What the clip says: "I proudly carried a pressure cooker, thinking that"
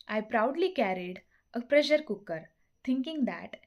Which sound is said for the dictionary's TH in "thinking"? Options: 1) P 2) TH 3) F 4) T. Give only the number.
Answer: 4